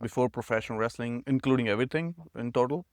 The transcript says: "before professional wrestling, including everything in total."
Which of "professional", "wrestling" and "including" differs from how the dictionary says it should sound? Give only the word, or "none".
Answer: professional